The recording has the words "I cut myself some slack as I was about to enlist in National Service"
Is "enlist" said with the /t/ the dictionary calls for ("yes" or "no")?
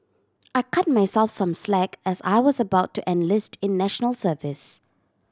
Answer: yes